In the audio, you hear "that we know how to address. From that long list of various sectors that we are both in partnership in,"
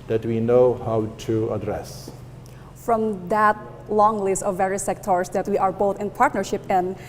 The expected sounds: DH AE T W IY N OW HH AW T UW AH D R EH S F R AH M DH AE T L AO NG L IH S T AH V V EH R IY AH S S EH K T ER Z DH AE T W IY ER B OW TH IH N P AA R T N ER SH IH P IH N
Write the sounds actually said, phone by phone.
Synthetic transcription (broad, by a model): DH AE T W IY N OW HH AW T UW AH D R EH S F R AH M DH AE T L AO NG L IH S T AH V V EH R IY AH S S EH K T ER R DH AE T W IY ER B OW TH IH N P AA R T N ER SH IH P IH N